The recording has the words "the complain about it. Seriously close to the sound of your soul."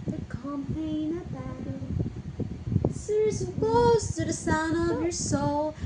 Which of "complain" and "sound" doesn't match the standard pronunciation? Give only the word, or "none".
complain